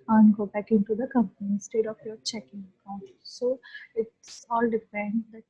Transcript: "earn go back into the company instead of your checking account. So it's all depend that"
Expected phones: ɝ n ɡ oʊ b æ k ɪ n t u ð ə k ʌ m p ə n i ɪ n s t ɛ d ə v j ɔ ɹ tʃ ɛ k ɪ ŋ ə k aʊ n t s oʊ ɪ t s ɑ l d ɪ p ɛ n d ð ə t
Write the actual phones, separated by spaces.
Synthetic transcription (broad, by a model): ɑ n ɡ oʊ b æ k ɪ n t u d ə k ʌ m p ə n i s t ɛ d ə f j ɔ ɹ tʃ ɛ k ɪ ŋ ə k aʊ n t s oʊ ɪ t s ɑ l d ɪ f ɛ n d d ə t